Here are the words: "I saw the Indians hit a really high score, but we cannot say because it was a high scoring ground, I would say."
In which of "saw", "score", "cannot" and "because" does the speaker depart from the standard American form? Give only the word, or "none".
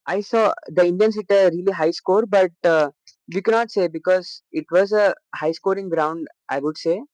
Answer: none